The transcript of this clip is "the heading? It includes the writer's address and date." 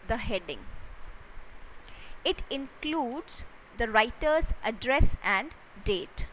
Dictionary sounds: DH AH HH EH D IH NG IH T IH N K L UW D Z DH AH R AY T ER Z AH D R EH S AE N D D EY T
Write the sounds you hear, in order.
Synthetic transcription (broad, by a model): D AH HH EH D IH NG IH T IH N K L UW D Z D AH R AY T ER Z AH D R EH S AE N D D EY T